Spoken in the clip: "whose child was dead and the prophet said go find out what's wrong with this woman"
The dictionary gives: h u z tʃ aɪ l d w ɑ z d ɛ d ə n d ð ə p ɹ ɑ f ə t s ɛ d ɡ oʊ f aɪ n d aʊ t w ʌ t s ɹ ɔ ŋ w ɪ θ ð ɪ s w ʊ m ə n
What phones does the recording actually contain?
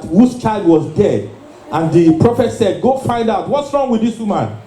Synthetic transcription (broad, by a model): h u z tʃ aɪ l d w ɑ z d ɛ d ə n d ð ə p ɹ ɑ f ə t s ɛ d ɡ oʊ f aɪ n d aʊ t w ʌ t s ɹ ɔ ŋ w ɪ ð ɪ s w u m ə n